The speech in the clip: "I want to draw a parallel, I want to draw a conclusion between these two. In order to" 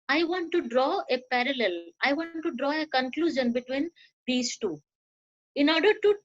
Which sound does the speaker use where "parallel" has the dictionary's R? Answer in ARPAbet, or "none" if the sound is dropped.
R